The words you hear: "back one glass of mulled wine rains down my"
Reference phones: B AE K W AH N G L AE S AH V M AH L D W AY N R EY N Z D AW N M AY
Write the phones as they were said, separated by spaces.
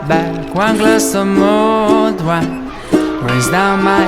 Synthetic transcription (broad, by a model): B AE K W AH N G L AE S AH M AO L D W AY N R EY Z D AW N M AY